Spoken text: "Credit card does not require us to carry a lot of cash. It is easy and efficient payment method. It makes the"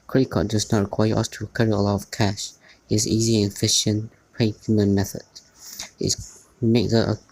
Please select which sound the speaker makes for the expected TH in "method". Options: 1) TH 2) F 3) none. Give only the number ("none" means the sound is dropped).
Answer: 1